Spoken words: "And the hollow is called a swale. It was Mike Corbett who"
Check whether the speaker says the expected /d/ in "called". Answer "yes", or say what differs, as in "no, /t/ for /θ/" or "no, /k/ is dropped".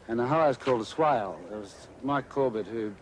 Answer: yes